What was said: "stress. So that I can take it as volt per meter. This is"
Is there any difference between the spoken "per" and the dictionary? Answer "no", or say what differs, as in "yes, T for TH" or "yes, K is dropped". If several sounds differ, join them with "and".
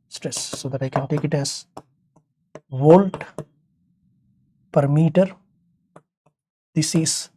no